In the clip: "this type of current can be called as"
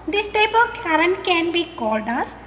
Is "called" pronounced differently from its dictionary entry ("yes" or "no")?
no